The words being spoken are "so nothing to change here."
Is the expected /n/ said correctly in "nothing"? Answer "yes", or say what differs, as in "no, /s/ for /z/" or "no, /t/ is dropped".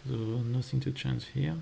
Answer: yes